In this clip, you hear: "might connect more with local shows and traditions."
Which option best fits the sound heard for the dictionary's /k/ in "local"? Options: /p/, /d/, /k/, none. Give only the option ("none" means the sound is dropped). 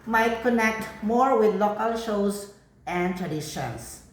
/k/